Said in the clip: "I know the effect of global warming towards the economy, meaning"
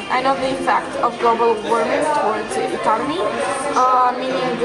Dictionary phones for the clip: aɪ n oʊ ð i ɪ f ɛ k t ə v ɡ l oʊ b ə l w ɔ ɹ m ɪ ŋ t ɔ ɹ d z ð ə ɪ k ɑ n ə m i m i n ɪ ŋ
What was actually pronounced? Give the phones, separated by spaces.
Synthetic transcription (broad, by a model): aɪ n oʊ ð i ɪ p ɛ k t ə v ɡ l oʊ b ə l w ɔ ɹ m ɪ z t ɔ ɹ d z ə ɪ k ɑ n ə m i m i n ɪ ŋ